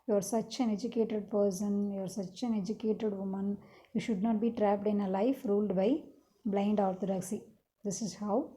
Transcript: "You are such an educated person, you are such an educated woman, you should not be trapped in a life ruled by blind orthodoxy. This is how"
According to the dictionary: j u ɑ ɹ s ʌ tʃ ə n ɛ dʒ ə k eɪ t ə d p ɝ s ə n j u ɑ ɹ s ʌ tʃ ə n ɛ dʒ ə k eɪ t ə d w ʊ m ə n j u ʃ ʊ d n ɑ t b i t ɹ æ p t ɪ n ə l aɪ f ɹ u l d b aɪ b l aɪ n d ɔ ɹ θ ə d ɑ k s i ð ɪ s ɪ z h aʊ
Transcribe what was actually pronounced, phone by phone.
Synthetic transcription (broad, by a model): j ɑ ɹ s ʌ tʃ ə n ɛ dʒ ə k eɪ t ə d p ɝ s ə n j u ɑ ɹ s ʌ tʃ ə n ɛ dʒ ə k eɪ t ə d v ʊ m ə n j u ʃ ʊ d n ɑ t b i t ɹ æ p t ɪ n ə l aɪ f ɹ u l d b aɪ b l aɪ n d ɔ ɹ t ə d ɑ k s i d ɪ s ɪ z h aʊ